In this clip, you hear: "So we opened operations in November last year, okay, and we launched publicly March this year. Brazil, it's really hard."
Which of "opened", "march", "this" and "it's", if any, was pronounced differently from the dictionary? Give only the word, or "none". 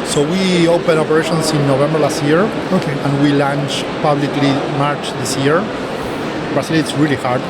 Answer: opened